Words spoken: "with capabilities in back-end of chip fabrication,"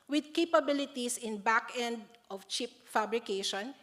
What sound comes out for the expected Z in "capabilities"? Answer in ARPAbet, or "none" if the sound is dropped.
S